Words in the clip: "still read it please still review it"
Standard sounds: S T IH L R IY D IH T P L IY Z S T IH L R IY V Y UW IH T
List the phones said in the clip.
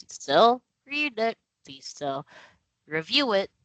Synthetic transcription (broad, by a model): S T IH L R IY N IH T P L IY Z S T IH L R IY V Y UW IH T